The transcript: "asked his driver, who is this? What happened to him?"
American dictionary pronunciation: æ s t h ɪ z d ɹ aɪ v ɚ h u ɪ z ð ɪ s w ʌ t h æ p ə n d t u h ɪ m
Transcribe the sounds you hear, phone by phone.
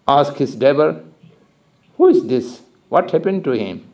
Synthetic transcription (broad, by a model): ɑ s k h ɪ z d ɛ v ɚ h u ɪ z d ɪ s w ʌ t h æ p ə n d t u h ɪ m